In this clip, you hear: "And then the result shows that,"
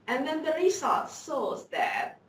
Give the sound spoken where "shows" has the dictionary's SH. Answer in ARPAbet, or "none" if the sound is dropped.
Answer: S